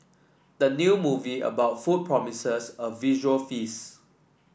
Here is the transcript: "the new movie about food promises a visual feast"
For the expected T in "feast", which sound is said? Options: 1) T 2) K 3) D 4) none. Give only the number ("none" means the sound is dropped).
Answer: 4